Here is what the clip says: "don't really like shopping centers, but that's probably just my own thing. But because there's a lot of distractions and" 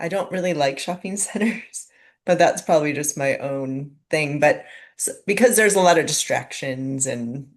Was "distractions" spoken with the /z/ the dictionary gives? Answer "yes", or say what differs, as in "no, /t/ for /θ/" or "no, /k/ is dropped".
yes